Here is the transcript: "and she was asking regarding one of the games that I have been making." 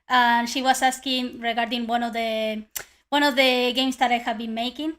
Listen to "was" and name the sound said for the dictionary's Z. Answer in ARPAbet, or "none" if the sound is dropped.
S